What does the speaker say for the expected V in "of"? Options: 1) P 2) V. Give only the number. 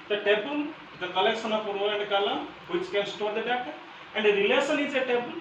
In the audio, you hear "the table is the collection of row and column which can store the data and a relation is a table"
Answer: 1